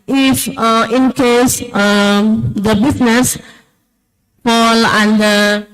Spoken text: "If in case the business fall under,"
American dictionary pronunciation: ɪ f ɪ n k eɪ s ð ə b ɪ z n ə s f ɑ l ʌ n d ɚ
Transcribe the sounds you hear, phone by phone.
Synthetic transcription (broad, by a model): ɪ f ɪ n k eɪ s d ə b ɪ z n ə s p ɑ l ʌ n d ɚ